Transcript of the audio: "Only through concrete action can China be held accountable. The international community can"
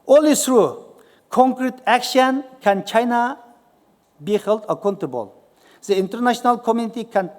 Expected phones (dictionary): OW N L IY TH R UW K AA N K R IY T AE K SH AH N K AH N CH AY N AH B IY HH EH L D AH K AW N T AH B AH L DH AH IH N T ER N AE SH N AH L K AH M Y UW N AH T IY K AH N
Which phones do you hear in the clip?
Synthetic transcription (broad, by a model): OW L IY S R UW K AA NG K R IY T AE K SH AH N K AH N CH AY N AH B IY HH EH L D AH K AW N T AH B AH L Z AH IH N T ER N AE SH N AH L K AH M Y UW N AH T IY K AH N